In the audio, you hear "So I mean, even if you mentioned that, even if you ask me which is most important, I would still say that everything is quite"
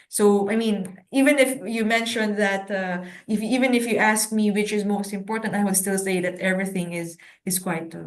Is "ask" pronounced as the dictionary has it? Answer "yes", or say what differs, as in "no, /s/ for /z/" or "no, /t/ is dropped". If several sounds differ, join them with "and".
yes